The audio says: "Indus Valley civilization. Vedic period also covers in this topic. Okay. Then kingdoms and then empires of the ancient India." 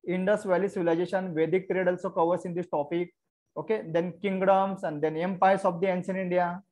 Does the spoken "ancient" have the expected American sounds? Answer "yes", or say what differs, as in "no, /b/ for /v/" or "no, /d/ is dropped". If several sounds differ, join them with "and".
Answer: no, /s/ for /ʃ/ and /t/ is dropped